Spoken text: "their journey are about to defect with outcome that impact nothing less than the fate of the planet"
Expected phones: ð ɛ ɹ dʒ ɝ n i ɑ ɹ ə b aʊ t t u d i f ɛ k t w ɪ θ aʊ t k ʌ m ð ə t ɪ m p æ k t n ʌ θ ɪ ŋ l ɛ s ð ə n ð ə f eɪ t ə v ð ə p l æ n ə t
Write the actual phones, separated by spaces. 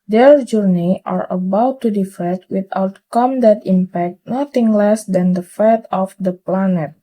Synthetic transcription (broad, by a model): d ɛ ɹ dʒ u n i ɑ ɹ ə b aʊ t t u d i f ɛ t w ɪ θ aʊ t k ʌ m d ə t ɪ m p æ k t n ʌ t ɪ ŋ l ɛ s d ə n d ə f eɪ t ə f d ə p l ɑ n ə t